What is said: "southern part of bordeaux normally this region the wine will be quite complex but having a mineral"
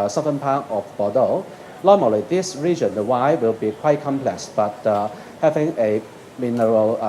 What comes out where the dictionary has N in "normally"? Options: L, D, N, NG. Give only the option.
L